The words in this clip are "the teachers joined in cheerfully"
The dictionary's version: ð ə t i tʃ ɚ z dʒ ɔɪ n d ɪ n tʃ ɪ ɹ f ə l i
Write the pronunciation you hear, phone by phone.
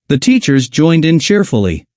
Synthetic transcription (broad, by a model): ð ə t i tʃ ɚ z dʒ ɔɪ n d ɪ n tʃ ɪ ɹ f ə l i